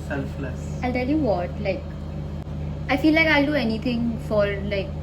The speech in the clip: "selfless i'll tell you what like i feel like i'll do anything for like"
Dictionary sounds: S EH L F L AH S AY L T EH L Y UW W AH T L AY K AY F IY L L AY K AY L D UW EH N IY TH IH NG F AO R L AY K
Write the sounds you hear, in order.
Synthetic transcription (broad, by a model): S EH L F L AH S AY L T EH L Y UW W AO T L AY K AY F IY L L AY K AY L D UW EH N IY T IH NG F AO R L AY K